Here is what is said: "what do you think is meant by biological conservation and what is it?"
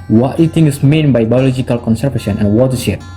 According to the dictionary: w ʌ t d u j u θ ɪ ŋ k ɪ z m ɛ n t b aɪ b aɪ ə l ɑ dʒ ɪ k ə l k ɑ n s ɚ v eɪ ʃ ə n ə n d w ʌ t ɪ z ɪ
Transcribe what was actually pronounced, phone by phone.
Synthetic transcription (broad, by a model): w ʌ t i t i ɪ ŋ ɪ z m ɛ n b aɪ b aɪ ə l ɑ dʒ ɪ k ə l k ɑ n s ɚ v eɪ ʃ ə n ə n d w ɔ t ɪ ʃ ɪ